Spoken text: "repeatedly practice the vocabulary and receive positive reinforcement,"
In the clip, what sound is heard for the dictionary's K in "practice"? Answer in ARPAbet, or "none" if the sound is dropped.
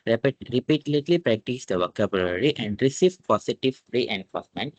K